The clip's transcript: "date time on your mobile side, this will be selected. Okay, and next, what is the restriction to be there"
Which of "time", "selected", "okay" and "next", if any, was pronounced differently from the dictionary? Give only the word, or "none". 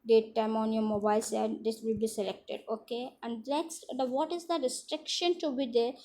next